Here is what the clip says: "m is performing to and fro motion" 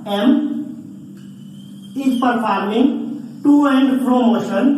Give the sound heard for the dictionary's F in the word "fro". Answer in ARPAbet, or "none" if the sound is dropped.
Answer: P